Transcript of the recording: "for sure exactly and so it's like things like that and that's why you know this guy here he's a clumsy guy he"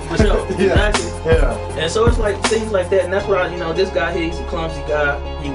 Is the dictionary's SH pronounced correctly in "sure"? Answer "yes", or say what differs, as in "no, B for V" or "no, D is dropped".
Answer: no, S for SH